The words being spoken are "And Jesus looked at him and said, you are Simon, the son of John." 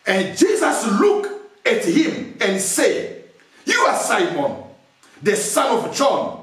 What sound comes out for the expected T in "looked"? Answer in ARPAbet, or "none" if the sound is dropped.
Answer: none